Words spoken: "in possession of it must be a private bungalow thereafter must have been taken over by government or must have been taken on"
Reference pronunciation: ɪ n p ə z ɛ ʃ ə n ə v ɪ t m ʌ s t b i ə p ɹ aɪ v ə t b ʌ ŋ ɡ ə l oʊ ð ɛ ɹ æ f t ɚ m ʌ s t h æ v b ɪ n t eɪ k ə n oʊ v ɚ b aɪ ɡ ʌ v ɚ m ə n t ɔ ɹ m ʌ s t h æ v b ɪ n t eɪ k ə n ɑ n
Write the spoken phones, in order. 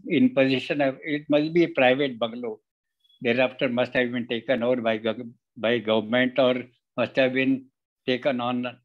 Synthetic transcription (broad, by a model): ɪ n p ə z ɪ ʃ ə n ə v ɪ t m ʌ s t b i ə p ɹ aɪ v ə t b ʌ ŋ ɡ l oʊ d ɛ ɹ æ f t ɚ m ʌ s t h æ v b ɪ n t eɪ k ə n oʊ b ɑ b aɪ ɡ ʌ v ɚ m ə n t ɔ ɹ m ʌ s t h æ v b ɪ n t eɪ k ə n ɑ n